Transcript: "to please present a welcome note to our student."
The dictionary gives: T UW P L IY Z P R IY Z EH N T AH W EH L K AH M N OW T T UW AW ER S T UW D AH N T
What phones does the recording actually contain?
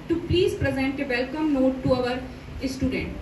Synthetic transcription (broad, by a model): T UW P L IY Z P R IY Z EH N T AH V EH L K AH M N OW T T UW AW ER S T UW D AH N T